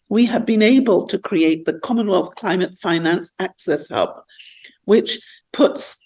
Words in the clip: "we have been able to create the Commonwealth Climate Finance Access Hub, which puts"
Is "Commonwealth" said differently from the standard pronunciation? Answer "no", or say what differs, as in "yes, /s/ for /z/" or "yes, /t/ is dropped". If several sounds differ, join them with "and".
no